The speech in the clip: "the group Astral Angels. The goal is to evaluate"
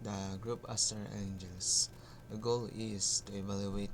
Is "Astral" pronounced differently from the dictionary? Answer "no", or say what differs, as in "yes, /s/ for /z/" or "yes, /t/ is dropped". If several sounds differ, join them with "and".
yes, /ɹ/ is dropped